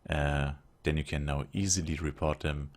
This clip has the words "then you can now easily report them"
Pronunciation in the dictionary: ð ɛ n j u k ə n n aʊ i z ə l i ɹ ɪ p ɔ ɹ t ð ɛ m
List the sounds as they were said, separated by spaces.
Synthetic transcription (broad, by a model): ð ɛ n j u k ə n n aʊ i z ə l i ɹ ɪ p ɔ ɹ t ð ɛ m